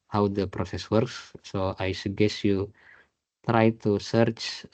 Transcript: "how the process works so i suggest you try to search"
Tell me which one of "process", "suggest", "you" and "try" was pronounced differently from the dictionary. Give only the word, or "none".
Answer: suggest